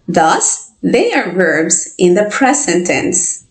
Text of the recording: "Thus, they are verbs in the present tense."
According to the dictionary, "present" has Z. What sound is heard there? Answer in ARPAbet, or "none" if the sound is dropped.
S